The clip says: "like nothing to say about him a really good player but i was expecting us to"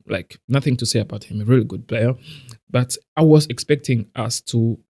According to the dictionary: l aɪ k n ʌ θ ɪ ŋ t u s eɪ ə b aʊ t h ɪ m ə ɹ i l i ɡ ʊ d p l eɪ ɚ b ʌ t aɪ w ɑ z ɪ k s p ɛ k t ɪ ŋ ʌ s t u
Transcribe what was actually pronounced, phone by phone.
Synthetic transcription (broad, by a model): l aɪ k n ʌ θ ɪ ŋ t u s eɪ ə b aʊ t h ɪ m ə ɹ i l i ɡ ʊ d p l eɪ ɚ b ʌ t aɪ w ɑ z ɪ k s p ɛ k t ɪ ŋ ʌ s t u